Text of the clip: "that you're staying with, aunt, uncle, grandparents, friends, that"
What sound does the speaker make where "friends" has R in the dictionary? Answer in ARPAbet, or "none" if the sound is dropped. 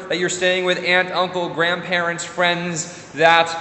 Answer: R